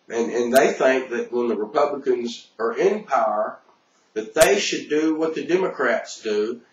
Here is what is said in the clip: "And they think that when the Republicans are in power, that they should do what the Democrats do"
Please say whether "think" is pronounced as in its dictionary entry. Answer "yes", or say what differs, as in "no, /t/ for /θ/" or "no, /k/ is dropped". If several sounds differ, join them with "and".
yes